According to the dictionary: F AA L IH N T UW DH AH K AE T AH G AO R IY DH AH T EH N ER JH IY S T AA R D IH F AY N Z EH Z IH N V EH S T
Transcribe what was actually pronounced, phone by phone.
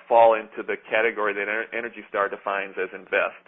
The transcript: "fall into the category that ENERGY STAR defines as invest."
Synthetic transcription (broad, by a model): F AA L IH N T UW DH AH K AE T AH G AO R IY DH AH T EH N ER JH IY S T AA R D IH F AY N Z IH Z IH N V EH S T